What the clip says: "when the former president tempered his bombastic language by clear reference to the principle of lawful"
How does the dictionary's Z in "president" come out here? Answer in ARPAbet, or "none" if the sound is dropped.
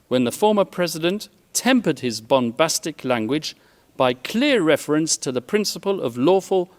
Z